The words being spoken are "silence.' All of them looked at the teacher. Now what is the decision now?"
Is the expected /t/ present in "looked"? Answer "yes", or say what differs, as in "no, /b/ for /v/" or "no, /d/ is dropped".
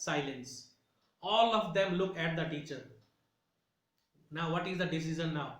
no, /t/ is dropped